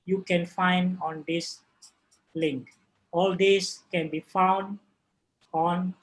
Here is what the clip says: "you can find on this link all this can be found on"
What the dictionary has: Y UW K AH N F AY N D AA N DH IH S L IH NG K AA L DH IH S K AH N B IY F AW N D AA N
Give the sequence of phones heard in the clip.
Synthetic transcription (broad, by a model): Y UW K AH N F AY N D AA N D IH S L IH NG K AA L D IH S K AH N B IY F AW N D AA N